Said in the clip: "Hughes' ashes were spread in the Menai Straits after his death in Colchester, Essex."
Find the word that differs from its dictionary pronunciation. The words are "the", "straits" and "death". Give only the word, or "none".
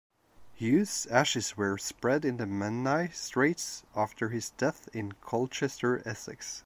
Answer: none